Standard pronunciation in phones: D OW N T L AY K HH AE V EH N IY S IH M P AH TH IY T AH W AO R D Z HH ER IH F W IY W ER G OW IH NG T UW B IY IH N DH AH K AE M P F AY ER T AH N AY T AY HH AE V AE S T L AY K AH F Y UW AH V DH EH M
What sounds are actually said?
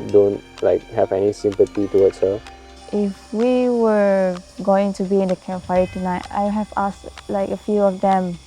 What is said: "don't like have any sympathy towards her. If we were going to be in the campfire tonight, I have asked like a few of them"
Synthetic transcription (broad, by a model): D OW N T L AY K HH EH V EH N IY S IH M P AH T IY T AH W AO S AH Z IH F W IY W ER G OW IH NG T UW B IY IH N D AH K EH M F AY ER T AH N AY T AY HH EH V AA S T L AY K AH F Y UW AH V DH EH M